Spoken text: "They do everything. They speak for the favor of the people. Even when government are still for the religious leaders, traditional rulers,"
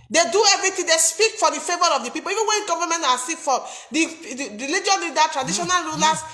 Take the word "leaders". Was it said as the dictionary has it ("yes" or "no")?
no